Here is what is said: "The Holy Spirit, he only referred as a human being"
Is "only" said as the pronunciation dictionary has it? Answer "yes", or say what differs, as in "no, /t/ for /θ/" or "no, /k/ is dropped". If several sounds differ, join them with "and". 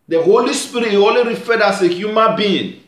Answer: no, /n/ is dropped